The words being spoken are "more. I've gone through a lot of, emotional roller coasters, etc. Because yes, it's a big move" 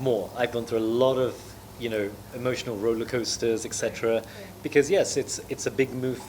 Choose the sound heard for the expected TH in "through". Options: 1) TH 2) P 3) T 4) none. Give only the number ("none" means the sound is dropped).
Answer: 1